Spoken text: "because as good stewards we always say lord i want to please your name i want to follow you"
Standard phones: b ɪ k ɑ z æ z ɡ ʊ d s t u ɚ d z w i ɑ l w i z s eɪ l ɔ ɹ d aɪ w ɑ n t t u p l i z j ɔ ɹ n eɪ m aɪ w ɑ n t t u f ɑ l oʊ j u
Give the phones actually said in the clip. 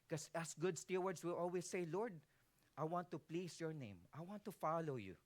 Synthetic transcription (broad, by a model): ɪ k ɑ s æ s ɡ ʊ d s t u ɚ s w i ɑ l w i s eɪ l ɔ ɹ d aɪ w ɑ n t t u p l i s j ɔ ɹ n eɪ m aɪ w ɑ n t t u f ɑ l oʊ j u